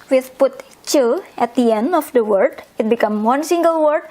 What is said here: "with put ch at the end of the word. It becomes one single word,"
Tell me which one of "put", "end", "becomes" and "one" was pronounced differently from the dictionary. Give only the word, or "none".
becomes